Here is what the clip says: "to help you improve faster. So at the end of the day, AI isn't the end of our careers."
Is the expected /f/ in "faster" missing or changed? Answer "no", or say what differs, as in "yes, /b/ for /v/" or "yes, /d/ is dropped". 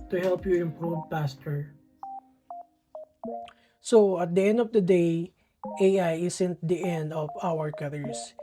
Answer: yes, /p/ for /f/